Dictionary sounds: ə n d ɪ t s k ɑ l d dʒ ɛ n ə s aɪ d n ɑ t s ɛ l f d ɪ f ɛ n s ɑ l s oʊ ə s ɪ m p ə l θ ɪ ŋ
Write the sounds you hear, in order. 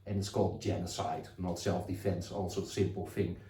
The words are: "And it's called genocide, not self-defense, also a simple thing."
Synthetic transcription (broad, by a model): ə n ɪ t s k ɑ l d dʒ ɛ n ə s aɪ d n ɑ t s ɛ l f d ɪ f ɛ n s ɑ l s oʊ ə s ɪ m p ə l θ ɪ ŋ